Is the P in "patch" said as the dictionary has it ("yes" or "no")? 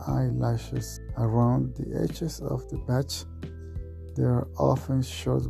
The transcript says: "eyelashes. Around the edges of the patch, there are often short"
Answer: no